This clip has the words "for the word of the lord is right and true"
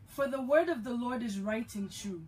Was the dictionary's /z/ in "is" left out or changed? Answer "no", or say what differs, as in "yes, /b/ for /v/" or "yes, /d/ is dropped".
no